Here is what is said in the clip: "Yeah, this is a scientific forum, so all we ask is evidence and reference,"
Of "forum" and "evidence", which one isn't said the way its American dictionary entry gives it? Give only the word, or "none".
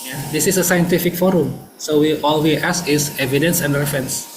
none